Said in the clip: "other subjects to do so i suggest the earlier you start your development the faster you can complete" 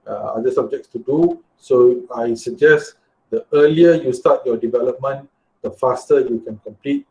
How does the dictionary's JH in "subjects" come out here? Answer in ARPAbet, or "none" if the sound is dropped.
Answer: JH